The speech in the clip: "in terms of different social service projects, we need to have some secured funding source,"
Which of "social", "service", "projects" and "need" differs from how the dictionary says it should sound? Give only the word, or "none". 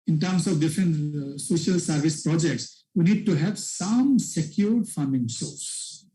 none